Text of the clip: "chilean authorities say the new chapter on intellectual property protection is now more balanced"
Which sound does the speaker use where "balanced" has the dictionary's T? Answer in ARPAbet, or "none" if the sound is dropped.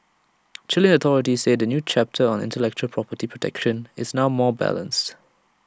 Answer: T